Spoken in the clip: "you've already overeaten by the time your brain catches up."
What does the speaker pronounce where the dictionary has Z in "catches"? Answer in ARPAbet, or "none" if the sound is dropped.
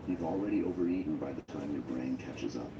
Z